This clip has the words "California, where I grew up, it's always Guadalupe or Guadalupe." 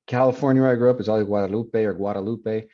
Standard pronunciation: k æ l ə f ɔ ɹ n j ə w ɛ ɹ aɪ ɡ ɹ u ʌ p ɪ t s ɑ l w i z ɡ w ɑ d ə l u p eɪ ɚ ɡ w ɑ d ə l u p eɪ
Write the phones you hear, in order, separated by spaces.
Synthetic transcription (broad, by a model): k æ l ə f ɔ ɹ n j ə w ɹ aɪ ɡ ɹ u p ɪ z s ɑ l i ɡ w ɑ d ə l u p eɪ ɚ ɡ w ɑ d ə l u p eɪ